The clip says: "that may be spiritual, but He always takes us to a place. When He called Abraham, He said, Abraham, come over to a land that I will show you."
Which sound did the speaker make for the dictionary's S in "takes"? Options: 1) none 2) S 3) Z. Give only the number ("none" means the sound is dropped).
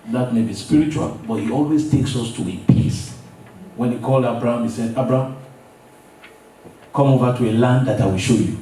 2